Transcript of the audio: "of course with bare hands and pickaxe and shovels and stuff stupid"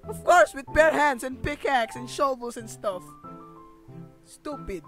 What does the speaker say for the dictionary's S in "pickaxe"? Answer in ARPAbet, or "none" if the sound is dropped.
S